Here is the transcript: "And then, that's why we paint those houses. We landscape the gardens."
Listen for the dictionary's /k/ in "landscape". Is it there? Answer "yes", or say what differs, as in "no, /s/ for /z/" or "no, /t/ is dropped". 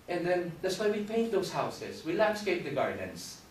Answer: yes